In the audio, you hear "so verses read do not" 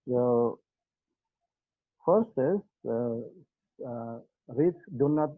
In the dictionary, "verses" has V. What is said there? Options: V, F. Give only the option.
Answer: F